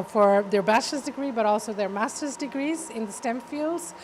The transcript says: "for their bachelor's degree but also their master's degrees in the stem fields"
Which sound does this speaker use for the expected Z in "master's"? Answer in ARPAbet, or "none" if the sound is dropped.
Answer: Z